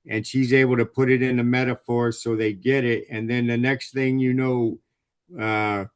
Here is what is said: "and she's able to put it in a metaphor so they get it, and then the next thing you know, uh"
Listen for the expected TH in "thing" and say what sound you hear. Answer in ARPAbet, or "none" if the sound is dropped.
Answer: TH